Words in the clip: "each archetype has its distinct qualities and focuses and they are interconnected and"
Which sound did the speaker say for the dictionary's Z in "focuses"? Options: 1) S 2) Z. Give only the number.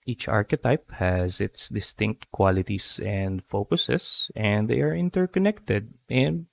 1